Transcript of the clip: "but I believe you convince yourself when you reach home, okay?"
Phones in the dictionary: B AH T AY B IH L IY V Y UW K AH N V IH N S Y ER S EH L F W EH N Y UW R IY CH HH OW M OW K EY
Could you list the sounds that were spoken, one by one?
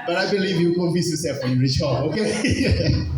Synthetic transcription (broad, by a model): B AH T AY B IH L IY V Y UW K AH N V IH S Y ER S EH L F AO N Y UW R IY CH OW OW K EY